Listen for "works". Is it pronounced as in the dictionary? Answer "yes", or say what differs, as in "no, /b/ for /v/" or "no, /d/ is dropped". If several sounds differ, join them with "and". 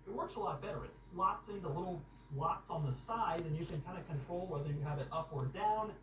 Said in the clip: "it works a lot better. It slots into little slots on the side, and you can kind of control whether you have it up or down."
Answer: yes